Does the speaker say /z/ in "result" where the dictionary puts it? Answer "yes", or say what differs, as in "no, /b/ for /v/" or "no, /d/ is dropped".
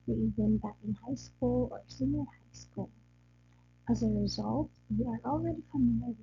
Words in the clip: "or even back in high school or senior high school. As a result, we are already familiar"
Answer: yes